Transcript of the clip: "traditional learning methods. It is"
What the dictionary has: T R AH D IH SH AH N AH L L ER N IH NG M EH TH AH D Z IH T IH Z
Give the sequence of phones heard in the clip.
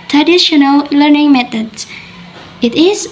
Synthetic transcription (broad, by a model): T R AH D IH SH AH N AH L L ER N IH NG M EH T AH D S IH T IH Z